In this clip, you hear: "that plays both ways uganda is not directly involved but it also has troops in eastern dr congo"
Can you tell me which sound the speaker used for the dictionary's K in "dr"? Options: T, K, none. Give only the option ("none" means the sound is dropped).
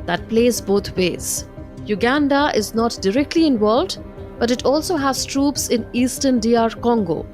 none